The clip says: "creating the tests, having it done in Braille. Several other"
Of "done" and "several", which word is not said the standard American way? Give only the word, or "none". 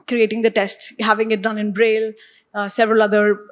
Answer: none